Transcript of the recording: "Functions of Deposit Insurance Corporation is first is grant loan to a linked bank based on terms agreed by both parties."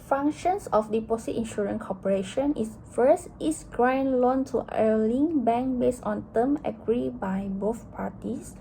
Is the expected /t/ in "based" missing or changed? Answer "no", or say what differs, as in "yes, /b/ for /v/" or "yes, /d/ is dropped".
yes, /t/ is dropped